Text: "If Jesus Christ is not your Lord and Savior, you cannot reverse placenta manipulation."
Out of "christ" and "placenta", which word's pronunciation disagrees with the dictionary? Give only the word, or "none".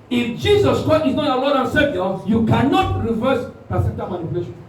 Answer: placenta